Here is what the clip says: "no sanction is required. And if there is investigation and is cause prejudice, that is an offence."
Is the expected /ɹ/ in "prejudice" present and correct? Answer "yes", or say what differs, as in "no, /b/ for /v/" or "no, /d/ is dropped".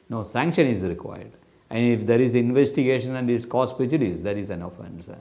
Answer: no, /ɹ/ is dropped